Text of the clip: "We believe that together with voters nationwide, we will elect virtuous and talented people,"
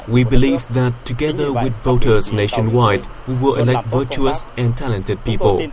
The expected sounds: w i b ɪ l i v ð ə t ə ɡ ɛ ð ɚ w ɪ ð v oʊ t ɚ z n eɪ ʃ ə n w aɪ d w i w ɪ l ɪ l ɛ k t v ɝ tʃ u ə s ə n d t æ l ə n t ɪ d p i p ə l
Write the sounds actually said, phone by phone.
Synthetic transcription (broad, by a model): w i b ɪ l i v ð ə t ə ɡ ɛ ð ɚ w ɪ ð v oʊ t ɚ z n eɪ ʃ ə n w aɪ d w i w ɪ l ɪ l ɛ k t v ɝ tʃ u ə s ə n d t æ l ə n t ɪ d p i p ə l